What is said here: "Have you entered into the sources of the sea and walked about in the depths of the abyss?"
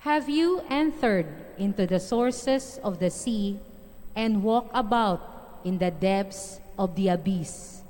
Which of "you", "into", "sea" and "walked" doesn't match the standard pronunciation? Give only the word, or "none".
walked